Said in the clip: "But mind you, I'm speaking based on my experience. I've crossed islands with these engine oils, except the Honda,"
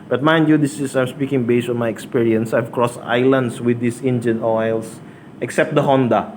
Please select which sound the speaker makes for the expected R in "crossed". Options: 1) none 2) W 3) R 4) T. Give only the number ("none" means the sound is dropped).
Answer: 3